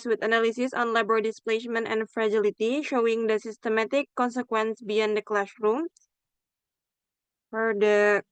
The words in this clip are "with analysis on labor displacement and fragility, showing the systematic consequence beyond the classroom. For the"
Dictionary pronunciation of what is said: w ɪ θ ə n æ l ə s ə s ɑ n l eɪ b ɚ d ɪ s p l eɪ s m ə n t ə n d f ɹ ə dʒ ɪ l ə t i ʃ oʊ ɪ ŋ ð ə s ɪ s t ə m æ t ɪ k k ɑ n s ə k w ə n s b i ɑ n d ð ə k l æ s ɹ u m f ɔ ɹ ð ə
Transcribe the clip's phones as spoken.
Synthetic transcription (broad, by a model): w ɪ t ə n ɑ l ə s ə s ɑ n l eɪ b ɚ d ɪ s p l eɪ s m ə n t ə n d f ɹ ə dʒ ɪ l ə t i ʃ oʊ ɪ ŋ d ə s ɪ s t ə m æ t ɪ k k ɑ n s ə k w ə n s b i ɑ n d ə k l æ ʃ ɹ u m f ɔ ɹ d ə